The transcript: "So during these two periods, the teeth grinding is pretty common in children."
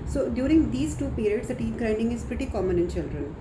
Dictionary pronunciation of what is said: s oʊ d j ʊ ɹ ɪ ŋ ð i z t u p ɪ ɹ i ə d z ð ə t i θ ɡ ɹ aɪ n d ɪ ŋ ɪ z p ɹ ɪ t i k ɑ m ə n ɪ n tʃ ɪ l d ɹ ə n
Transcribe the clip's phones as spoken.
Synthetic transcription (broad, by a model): s oʊ d j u ɹ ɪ ŋ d i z t u p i ɹ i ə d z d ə t i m ɡ ɹ aɪ n d ɪ ŋ ɪ z p ɹ ɪ t i k ɑ m ə n ɪ n tʃ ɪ l d ɹ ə n